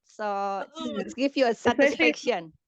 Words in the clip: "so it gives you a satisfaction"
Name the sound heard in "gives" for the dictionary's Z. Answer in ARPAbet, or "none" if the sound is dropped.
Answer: none